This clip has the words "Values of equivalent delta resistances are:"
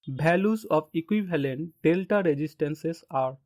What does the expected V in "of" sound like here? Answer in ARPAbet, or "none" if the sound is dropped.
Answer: P